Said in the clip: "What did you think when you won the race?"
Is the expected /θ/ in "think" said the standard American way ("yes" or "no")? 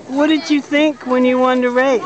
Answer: yes